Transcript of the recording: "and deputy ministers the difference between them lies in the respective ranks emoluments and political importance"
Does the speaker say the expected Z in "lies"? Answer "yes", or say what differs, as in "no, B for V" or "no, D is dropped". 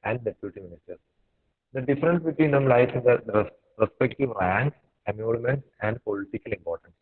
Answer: no, Z is dropped